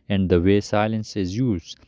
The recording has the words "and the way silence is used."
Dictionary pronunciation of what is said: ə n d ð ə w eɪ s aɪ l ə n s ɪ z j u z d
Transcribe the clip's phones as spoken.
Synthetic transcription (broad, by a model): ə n d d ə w eɪ s aɪ l ə n s ɪ z j u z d